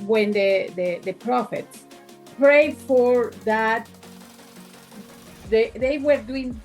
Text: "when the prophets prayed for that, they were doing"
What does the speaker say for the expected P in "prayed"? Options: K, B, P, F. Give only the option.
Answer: P